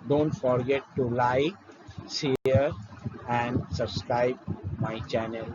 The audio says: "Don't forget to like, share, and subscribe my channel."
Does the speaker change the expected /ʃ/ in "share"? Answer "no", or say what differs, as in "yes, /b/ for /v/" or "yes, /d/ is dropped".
yes, /s/ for /ʃ/